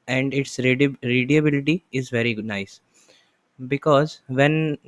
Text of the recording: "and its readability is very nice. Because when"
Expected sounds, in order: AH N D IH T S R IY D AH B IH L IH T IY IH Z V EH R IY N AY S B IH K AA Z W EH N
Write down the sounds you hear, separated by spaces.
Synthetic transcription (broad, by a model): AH N D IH T S R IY D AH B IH L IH T IY IH Z V EH R IY N AY S B IH K AA Z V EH N